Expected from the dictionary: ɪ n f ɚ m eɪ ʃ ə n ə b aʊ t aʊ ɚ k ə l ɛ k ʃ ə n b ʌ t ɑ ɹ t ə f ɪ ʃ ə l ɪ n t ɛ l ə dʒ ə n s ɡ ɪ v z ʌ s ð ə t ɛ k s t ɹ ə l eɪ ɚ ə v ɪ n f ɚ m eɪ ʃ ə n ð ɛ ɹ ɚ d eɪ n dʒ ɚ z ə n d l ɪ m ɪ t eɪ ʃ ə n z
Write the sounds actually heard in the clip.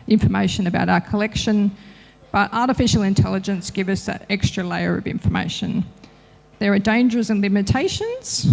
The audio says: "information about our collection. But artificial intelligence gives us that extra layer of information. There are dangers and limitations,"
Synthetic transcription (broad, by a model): ɪ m f ɚ m eɪ ʃ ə n ə b aʊ t aʊ ɚ k ə l ɛ k ʃ ə n b ʌ t ɑ ɹ t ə f ɪ ʃ l ɪ n t ɛ l ə dʒ ə n s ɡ ɪ v ʌ s ð ə t ɛ k s t ɹ ə l eɪ ɚ ə v ɪ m f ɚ m eɪ ʃ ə n ð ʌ ɹ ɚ d eɪ n dʒ ɚ z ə n l ɪ m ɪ t eɪ ʃ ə n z